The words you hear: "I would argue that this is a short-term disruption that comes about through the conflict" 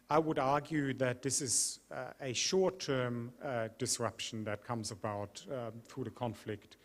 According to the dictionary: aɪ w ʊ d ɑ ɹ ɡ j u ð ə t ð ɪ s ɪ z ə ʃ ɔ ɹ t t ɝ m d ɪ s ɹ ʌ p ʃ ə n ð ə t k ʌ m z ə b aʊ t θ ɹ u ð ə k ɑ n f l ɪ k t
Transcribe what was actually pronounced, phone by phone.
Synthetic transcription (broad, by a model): aɪ w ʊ d ɑ ɹ ɡ j u ð ə t ð ɪ s ɪ z ə ʃ ɔ ɹ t t ɝ m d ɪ s ɹ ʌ p ʃ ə n ð ə t k ʌ m z ə b aʊ t θ ɹ u ð ə k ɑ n f l ɪ k t